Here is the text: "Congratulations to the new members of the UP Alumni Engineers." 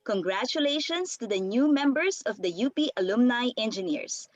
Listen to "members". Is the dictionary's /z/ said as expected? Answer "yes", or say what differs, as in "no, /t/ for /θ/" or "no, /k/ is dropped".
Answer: no, /s/ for /z/